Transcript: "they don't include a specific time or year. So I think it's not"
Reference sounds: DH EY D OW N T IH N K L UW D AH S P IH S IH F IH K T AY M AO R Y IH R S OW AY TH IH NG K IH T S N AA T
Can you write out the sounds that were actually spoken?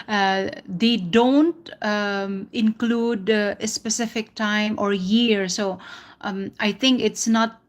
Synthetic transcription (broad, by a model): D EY D OW N T IH N K L UW D AH S P IH S IH F IH K T AY M AO R Y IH R S OW AY T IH NG K IH T S N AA T